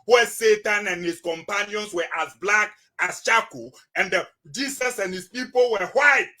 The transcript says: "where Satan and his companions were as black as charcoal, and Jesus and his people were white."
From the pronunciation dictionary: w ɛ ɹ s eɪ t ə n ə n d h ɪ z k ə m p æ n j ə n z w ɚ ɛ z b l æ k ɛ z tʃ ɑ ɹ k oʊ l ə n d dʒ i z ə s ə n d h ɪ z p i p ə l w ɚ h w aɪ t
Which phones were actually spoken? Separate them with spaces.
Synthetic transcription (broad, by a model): w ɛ s eɪ t ə n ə n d h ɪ s k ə m p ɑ n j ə n s w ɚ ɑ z b l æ k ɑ s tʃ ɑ k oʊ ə n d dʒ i s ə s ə n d h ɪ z p i p ə l w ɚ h w aɪ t